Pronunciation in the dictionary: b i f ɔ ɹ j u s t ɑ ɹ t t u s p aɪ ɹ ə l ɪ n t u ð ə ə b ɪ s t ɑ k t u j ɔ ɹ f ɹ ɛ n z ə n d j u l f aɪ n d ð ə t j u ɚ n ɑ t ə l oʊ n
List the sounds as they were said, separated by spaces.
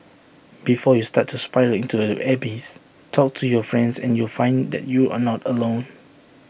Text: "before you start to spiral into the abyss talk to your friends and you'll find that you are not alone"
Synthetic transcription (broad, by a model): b i f ɔ j u s t ɑ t t u s p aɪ ə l ɪ n t u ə b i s t ɑ k t u j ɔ f ɹ ɛ n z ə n j u l f aɪ n d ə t j u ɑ n ɑ t ə l oʊ n